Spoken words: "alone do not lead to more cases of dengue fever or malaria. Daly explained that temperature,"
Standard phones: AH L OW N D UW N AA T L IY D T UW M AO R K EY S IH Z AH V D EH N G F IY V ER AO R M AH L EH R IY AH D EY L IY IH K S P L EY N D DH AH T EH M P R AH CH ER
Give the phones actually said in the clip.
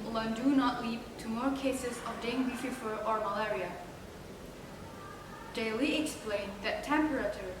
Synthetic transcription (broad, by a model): L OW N D UW N AA T L IY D T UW M AO R K EY S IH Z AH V D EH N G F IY F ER AO R M AH L EH R IY AH D EY L IY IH K S P L EY N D DH AH T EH M P R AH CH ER